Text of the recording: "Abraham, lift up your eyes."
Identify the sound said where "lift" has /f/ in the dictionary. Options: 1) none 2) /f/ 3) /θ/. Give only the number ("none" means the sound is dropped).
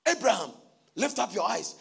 2